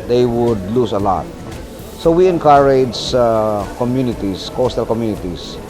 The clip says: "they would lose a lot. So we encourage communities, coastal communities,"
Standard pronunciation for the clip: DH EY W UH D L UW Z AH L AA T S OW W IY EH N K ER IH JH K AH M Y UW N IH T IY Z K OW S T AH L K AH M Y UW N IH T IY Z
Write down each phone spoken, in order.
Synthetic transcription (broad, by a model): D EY W UH D L UW S AH L AA T S OW W IY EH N K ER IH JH K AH M Y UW N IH T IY S K OW S T AH L K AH M Y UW N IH T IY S